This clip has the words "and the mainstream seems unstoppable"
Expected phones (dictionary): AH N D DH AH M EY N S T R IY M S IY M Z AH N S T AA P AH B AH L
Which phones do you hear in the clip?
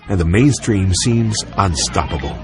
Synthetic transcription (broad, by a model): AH N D DH AH M EY N S T R IY M S IY M Z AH N S T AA P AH B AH L